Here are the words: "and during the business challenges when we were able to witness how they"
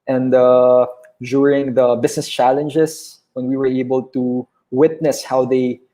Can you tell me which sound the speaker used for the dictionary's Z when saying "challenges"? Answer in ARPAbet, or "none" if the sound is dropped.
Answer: S